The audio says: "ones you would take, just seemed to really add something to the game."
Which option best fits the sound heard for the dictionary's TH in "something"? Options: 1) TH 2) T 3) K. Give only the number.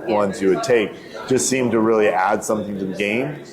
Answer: 1